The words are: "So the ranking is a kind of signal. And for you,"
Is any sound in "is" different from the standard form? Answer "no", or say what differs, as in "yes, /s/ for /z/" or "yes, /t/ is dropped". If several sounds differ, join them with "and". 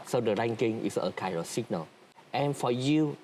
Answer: yes, /s/ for /z/